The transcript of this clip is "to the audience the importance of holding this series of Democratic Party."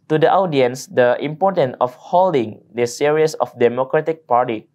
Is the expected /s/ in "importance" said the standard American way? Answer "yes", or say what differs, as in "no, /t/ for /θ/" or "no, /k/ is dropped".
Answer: no, /s/ is dropped